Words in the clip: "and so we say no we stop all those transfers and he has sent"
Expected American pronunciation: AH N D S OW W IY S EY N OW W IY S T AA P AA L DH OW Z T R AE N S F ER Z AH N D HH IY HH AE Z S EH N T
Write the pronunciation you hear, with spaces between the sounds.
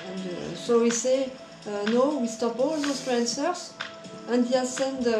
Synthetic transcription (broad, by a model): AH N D S OW W IY S EY N OW W IY S T AA P AA L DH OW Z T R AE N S ER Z AH N D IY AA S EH N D